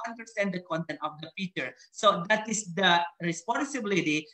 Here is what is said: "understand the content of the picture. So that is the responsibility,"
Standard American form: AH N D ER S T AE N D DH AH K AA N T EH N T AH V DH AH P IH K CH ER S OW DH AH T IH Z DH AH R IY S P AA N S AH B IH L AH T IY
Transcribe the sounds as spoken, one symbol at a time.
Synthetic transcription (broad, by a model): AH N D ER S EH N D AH K AA N T EH N T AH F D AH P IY CH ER S OW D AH T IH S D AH R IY S P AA N S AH B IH L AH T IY